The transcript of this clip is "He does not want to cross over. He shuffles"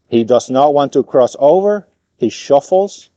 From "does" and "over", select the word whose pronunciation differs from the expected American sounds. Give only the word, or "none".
none